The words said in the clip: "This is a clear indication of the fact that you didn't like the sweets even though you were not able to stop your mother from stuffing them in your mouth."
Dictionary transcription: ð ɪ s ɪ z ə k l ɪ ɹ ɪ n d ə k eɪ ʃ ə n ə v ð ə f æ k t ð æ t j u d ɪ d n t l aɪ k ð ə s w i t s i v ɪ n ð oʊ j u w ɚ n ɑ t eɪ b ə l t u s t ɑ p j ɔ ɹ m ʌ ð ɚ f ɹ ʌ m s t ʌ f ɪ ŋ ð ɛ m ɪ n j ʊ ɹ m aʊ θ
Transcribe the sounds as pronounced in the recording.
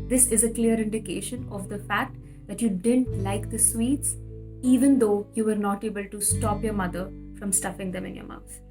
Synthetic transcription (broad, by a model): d ɪ s ɪ z ə k l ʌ ɹ ɪ n d ə k eɪ ʃ ə n ə v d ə f æ k t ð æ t j u d ɪ d n t l aɪ k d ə s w i t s i v ɪ n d oʊ j u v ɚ n ɑ t eɪ b ə l t u s t ɑ p j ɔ ɹ m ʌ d ɚ f ɹ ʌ m s t ʌ f ɪ ŋ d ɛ m ɪ n j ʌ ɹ m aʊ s